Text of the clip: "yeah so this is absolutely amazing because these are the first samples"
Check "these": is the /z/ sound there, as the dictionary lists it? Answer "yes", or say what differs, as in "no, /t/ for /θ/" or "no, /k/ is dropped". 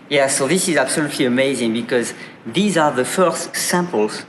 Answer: yes